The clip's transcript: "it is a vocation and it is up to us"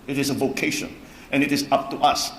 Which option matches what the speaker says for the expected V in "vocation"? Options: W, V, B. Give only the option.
V